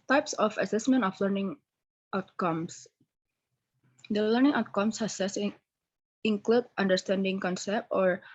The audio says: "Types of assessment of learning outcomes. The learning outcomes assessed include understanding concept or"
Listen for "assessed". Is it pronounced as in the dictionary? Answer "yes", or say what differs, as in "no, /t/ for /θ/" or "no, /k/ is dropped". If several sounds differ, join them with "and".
no, /t/ is dropped